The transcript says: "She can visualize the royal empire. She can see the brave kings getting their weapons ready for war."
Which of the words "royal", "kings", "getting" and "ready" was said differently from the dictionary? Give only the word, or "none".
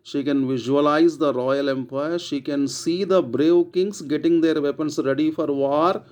kings